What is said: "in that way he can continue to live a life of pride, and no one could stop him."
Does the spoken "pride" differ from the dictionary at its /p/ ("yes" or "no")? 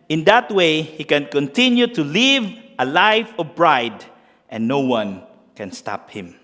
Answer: yes